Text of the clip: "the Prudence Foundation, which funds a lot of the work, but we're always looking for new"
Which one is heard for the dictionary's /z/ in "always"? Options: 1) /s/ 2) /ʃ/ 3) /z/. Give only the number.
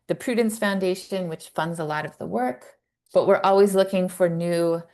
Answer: 3